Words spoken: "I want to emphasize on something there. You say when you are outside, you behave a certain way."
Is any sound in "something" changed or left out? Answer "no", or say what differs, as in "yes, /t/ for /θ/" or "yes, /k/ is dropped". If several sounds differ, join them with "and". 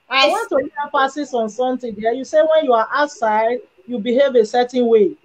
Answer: yes, /t/ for /θ/